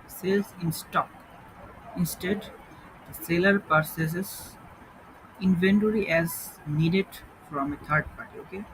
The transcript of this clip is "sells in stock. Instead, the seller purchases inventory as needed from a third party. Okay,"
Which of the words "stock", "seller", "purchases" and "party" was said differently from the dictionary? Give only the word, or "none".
purchases